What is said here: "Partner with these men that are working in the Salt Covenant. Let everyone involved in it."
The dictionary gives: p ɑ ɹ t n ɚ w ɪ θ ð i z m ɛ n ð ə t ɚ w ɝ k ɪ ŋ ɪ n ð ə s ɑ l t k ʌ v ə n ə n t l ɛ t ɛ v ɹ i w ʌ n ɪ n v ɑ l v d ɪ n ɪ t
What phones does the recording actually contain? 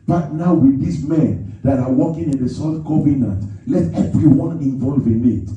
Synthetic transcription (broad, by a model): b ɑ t n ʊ w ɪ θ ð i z m ɛ n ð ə t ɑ w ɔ k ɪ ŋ ɪ n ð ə s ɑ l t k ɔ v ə n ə n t l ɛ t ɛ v ɹ i w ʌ n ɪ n v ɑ l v ɪ n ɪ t